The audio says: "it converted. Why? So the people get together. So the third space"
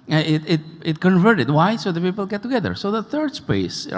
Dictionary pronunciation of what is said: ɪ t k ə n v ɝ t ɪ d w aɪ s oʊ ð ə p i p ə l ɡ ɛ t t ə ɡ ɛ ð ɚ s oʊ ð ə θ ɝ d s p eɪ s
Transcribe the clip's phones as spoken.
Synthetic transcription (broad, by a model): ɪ t k ə n v ɝ t ɪ d w aɪ s oʊ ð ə p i p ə l ɡ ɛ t t ə ɡ ɛ ð ɚ s oʊ ð ə θ ɝ d s p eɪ s